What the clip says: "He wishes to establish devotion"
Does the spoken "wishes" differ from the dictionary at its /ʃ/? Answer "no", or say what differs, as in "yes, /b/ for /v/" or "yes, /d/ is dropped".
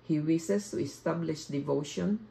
yes, /s/ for /ʃ/